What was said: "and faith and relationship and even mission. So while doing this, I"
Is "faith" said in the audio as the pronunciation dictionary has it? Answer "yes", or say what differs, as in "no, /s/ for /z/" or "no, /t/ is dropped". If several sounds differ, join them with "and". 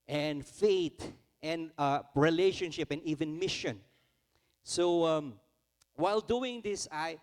no, /t/ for /θ/